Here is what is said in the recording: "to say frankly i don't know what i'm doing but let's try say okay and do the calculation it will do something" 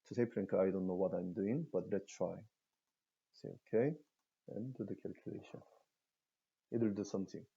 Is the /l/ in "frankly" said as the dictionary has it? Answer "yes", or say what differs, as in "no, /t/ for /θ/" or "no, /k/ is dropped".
no, /l/ is dropped